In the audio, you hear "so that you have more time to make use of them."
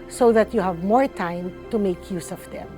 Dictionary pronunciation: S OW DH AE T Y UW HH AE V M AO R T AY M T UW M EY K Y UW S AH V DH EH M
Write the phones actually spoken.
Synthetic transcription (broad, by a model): S OW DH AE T Y UW HH AE V M AO R T AY M T UW M EY K Y UW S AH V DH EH M